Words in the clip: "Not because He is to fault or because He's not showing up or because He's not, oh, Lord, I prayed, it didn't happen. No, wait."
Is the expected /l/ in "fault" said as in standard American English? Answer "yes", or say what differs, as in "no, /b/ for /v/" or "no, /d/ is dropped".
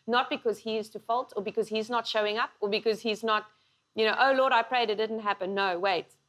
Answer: yes